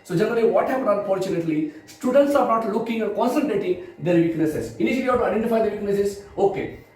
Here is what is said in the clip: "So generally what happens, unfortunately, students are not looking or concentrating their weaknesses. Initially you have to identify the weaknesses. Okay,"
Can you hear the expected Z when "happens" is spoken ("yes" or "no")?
no